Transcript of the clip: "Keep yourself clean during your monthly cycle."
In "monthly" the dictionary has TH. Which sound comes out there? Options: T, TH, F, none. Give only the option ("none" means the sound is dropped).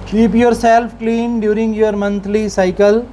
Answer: T